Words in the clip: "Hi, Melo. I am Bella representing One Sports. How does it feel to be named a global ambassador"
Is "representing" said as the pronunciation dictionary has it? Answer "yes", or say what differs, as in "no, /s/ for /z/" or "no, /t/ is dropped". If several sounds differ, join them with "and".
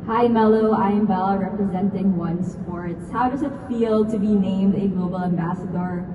yes